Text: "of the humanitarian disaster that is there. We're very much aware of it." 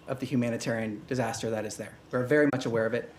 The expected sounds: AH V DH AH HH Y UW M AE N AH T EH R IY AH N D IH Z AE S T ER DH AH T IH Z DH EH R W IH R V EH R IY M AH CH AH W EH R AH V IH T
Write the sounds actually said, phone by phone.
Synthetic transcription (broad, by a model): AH V DH AH HH Y UW M AE N AH T EH R IY AH N D IH Z AE S T ER DH AH T IH Z DH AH R W IH R V EH R IY M AH CH AH W EH R AH V IH T